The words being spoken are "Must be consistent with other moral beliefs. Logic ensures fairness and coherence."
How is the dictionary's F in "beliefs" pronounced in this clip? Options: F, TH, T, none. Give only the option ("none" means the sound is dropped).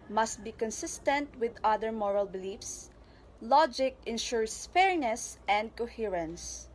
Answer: F